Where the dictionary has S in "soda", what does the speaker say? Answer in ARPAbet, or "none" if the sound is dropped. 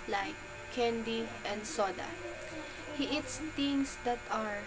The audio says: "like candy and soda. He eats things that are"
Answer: S